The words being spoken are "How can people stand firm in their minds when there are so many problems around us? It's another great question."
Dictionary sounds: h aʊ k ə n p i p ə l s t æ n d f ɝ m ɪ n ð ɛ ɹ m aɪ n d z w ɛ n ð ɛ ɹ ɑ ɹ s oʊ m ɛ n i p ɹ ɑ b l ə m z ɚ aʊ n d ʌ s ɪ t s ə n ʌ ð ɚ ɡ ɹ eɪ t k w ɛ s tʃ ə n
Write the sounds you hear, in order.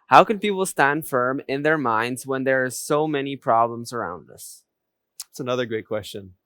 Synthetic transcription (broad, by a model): h aʊ k ə n p i p l s t æ n d f ɝ m ɪ n ð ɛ ɹ m aɪ n d z w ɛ n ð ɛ ɹ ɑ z s oʊ m ɛ n i p ɹ ɑ b l ə m z ɚ aʊ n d ʌ s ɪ t s ə n ʌ ð ɚ ɡ ɹ eɪ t k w ɛ s tʃ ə n